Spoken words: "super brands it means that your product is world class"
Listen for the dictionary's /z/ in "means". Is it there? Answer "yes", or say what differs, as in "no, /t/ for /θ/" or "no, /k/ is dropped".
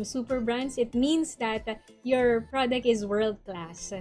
no, /s/ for /z/